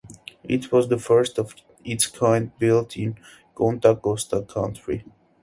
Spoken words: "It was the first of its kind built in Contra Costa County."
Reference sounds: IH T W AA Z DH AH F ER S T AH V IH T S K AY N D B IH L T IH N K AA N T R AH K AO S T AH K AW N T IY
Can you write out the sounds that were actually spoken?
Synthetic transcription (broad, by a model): IH T W AA Z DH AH F ER S T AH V IH T S K AY N D B IH L T IH N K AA N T AH K AO S T AH K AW N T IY